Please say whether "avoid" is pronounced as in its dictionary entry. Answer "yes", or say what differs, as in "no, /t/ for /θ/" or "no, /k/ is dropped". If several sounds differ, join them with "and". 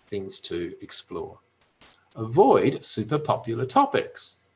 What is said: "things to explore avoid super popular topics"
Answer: yes